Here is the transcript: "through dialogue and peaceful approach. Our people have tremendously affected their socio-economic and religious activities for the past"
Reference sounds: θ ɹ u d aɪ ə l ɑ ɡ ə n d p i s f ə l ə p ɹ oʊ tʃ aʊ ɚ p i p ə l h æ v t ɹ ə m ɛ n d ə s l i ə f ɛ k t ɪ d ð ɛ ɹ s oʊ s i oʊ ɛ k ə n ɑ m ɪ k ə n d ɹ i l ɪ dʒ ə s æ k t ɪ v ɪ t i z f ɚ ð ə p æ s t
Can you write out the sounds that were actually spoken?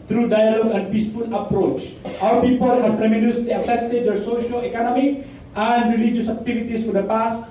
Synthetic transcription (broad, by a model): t ɹ u d aɪ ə l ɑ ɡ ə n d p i s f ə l ə p ɹ oʊ tʃ aʊ ɚ p i p ə l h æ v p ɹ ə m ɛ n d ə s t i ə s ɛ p t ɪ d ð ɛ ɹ s oʊ ʃ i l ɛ k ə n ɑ m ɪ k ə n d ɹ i l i dʒ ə s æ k t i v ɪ t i s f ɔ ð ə p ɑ s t